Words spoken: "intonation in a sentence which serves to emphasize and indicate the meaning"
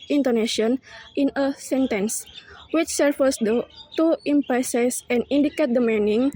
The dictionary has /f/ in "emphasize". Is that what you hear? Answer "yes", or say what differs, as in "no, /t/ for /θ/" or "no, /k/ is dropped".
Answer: no, /p/ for /f/